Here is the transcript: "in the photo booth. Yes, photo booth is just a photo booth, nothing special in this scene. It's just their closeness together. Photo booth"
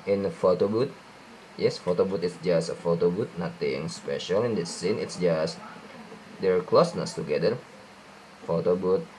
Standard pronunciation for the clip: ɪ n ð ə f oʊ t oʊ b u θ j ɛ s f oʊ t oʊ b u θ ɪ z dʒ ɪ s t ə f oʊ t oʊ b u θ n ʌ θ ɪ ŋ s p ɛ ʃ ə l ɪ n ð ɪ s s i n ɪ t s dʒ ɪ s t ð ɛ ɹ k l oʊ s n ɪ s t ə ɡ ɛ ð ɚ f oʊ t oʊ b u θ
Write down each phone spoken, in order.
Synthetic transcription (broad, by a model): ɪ n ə f oʊ t oʊ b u t j ɛ s f oʊ t oʊ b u t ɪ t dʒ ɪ s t ə f oʊ t oʊ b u t n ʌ t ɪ ŋ s p ɛ ʃ ə l ɪ n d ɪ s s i n ɪ t s dʒ ɪ s t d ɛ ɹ k l oʊ s n ɪ s t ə ɡ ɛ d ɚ f oʊ t oʊ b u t